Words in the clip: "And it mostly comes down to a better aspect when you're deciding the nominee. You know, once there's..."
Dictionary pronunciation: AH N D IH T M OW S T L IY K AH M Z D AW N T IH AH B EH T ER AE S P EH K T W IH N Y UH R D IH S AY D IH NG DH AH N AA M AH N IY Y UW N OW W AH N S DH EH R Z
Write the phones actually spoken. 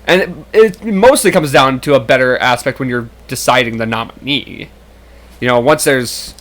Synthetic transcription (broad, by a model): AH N IH T M OW S T L IY K AH M Z D AW N T IH AH B EH T ER AE S P EH K T W IH N Y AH R D IH S AY D IH NG DH AH N AA M AH N IY Y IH N OW W AH N S DH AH R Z